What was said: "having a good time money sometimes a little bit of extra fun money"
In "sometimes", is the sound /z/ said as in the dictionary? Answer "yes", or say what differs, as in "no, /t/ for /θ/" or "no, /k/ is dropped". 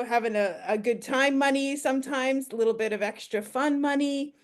yes